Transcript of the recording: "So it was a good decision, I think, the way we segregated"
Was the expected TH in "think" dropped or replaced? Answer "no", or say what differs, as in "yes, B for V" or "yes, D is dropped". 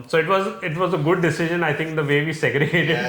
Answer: yes, T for TH